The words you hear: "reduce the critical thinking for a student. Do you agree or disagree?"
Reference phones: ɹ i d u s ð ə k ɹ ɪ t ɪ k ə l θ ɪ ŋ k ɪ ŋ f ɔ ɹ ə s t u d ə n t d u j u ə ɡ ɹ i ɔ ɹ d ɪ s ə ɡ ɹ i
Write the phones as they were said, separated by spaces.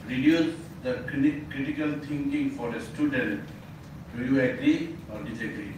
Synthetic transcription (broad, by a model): ɹ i d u s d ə k ɹ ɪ t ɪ k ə l t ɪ ŋ k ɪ ŋ f ɔ ɹ ə s t u d ə n t d u j u ə ɡ ɹ i ɔ ɹ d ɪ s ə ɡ ɹ i